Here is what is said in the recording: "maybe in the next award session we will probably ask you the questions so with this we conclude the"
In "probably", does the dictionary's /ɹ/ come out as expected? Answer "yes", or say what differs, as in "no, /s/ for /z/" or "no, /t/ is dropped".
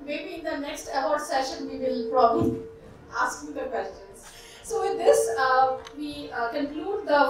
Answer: yes